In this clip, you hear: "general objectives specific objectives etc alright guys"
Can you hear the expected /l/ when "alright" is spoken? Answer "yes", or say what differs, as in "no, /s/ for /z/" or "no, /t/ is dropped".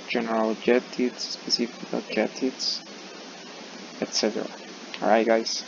no, /l/ is dropped